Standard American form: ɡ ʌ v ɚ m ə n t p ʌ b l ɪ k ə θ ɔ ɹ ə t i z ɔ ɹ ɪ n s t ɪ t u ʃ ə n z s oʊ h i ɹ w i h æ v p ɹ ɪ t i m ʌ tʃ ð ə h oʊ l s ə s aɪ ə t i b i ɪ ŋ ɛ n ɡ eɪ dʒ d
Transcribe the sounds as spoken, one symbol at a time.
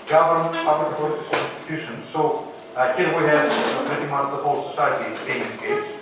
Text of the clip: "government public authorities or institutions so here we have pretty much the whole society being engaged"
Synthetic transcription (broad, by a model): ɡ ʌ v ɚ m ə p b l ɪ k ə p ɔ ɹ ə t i s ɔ l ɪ n s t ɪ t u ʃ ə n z s oʊ h i ɹ w i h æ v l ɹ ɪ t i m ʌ s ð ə h oʊ l s ə s aɪ ə t i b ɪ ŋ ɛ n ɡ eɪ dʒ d